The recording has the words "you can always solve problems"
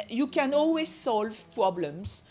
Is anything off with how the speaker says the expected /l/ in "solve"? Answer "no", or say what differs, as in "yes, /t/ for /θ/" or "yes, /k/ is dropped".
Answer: no